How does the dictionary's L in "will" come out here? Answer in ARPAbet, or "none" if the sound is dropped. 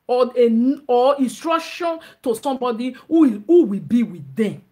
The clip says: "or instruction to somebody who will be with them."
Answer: W